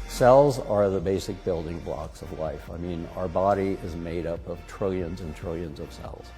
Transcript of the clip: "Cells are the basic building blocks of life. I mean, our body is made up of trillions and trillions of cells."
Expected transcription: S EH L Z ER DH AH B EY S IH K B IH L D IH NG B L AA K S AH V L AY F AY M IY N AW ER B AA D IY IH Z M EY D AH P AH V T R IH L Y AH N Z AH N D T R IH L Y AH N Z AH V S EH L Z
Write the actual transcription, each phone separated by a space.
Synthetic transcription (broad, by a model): S EH L Z ER DH AH B EY S IH K B IH L D IH NG B L AA K S AH V L AY F AY M IY N AW ER B AA D IY IH Z M EY D AH P AH V T R IH L Y AH N Z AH N T R IH L Y AH N Z AH V S EH L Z